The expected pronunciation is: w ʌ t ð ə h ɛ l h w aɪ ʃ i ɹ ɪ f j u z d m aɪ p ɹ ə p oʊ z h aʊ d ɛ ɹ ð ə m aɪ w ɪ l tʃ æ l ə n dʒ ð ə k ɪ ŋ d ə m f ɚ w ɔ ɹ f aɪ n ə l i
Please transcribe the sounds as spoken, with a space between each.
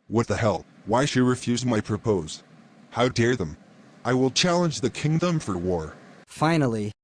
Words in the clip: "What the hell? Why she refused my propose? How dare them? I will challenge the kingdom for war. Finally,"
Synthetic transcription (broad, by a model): w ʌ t ð ə h ɛ l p w aɪ ʃ i ɹ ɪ f j u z m aɪ p ɹ ə p oʊ z h aʊ d ɛ ɹ ð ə m aɪ w ɪ l tʃ æ l ə n dʒ ð ə k ɪ ŋ d ə m f ɚ w ɔ ɹ f aɪ n l i